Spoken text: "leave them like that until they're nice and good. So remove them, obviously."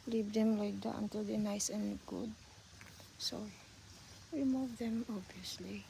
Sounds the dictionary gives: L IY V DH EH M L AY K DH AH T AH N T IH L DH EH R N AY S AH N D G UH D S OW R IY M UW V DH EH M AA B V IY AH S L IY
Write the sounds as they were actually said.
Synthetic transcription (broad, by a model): L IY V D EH M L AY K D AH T AH N T IH L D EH N AY S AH N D G UH D S OW W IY M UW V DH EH M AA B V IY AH S L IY